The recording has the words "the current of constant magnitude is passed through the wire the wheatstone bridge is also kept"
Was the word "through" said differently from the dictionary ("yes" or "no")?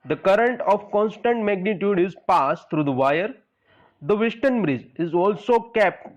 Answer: yes